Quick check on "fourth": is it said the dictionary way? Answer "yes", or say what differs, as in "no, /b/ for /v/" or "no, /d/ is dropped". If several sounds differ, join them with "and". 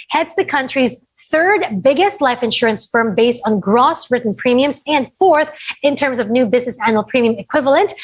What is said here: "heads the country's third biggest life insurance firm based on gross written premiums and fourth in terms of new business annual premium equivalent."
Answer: yes